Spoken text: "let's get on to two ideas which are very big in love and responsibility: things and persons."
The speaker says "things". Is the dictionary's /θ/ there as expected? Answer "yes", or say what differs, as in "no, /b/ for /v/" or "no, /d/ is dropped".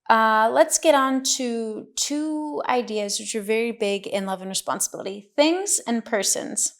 yes